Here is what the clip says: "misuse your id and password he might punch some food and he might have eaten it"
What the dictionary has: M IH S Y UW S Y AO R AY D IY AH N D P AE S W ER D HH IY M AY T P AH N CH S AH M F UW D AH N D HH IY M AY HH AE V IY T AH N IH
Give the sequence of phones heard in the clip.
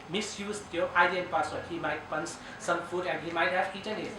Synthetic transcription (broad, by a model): M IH S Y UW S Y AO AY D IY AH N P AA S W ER HH IY M AY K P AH N S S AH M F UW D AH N HH IY M AY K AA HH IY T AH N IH